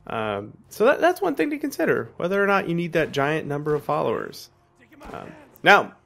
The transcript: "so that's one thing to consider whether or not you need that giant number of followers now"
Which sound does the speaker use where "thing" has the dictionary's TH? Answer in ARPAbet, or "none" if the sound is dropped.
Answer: TH